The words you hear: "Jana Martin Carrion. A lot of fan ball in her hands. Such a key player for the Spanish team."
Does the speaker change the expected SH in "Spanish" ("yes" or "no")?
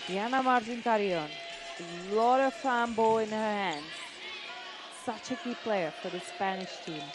no